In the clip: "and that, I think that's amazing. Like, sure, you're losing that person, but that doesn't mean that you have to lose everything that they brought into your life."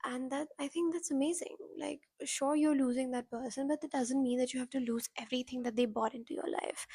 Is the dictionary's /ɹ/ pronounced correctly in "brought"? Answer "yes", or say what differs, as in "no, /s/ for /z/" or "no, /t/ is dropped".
no, /ɹ/ is dropped